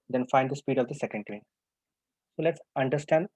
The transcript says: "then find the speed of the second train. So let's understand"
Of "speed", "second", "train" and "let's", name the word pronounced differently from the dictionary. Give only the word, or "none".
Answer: train